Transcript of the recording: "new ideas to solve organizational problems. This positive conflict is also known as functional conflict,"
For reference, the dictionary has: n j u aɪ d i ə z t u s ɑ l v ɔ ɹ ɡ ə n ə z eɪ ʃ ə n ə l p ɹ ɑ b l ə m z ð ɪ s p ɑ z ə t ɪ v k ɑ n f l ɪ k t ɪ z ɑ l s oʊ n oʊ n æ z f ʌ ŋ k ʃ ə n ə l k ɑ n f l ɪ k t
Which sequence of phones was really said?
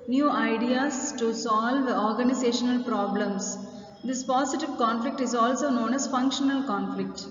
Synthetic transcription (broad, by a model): n j u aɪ d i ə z t u s ɑ l v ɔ ɹ ɡ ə n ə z eɪ ʃ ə n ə l p ɹ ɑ b l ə m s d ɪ s p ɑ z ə t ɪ v k ɑ n f l ɪ k t ɪ z ɑ l s oʊ n oʊ n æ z f ʌ ŋ k ʃ ə n ə l k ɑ n f l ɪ k t